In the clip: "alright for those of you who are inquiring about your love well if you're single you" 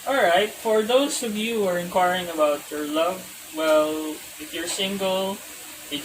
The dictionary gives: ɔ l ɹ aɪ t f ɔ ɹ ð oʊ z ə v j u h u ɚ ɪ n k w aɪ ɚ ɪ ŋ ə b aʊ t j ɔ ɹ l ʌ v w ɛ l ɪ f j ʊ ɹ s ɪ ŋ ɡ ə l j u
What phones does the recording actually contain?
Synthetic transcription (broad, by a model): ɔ l ɹ aɪ t f ɔ ɹ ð oʊ s ə v j u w ɚ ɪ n k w aɪ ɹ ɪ ŋ ə b aʊ t j ɔ ɹ l ʌ v w ɛ l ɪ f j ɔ ɹ s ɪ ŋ ɡ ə l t